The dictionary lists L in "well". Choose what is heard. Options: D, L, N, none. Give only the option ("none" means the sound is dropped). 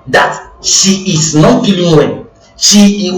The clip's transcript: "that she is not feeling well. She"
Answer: N